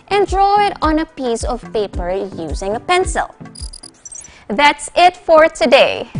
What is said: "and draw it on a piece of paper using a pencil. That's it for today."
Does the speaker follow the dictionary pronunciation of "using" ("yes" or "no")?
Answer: yes